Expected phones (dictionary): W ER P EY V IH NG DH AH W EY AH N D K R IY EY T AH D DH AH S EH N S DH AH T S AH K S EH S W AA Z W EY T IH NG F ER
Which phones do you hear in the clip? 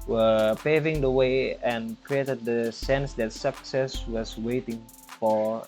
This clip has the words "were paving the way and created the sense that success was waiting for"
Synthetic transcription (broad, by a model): W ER P EY V IH NG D AH W EY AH N K R IY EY T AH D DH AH S EH N S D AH T S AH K S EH S W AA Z W EY T IH NG F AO